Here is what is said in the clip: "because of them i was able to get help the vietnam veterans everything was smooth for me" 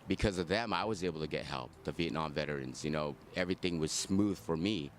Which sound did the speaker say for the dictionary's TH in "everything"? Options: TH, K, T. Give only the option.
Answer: TH